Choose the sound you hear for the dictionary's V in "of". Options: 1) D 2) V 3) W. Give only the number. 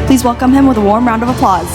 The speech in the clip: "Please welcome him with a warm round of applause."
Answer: 2